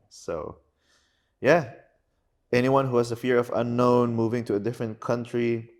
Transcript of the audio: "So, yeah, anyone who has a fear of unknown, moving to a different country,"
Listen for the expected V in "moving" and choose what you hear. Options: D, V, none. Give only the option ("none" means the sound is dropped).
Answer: V